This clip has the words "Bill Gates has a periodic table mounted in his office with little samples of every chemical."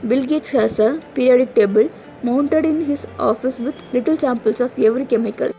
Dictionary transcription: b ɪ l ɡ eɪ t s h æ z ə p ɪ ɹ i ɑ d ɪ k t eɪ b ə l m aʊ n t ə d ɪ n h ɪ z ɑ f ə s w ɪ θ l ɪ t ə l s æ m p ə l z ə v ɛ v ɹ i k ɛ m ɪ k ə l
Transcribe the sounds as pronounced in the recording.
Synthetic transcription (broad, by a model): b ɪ l ɡ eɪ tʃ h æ s ə p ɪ ɹ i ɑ d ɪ k t eɪ b ə l m aʊ n t ə d ɪ n h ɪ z ɑ f ə s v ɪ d l ɪ t ə l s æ m p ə l s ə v ɛ v ɹ i k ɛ m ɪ k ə l